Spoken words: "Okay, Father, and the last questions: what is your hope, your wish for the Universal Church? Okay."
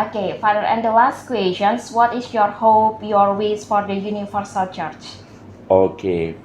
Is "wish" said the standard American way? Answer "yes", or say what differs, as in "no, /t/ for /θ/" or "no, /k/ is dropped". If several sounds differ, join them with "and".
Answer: no, /s/ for /ʃ/